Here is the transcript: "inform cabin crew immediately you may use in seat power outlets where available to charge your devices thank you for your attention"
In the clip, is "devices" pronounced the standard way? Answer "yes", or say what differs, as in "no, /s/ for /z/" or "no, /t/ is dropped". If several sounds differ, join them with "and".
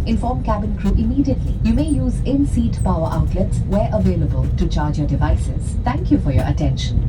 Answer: yes